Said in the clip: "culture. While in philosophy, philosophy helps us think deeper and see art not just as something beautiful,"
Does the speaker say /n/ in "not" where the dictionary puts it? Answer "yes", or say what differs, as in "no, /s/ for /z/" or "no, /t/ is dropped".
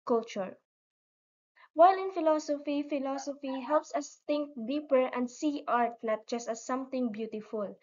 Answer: no, /l/ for /n/